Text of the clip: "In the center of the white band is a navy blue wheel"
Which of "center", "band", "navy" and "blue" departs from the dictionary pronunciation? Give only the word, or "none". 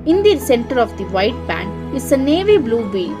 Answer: band